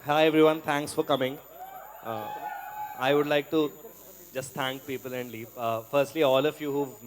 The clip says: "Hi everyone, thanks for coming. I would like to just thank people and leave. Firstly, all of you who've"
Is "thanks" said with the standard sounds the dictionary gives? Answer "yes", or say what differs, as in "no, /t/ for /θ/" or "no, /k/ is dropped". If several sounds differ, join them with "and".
no, /t/ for /θ/